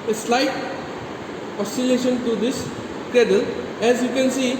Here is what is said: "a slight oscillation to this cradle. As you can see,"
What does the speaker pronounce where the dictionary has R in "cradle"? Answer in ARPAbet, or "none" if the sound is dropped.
none